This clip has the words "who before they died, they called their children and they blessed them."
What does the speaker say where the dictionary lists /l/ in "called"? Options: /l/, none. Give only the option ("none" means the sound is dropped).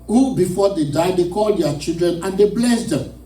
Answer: /l/